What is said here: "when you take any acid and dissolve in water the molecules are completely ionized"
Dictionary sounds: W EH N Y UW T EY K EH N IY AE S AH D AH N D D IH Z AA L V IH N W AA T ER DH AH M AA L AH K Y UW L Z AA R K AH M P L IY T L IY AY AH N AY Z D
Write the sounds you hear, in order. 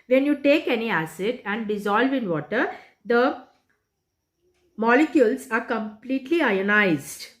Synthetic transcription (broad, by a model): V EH N Y UW T EY K EH N IY AE S AH D AH N D D IH Z AA L V IH N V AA T ER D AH M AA L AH K Y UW L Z AA R K AH M P L IY T L IY AY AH N AY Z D